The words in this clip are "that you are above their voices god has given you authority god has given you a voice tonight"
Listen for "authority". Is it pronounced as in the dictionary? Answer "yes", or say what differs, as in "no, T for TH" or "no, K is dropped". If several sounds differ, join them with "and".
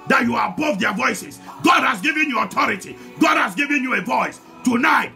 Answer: no, T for TH